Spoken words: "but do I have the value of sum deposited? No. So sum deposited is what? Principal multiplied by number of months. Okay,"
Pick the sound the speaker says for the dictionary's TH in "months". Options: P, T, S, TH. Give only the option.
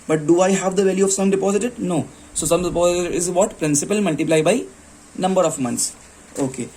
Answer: T